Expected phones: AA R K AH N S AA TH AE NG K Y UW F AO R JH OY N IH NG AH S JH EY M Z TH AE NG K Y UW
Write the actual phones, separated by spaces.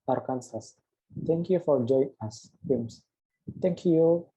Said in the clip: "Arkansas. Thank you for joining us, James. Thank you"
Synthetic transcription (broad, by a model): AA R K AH N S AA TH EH NG K Y UW F AO R JH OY IH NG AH S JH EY M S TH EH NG K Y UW